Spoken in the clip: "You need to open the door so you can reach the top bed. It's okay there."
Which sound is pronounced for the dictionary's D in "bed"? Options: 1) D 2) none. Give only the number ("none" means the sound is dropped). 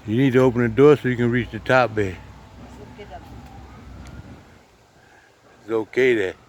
2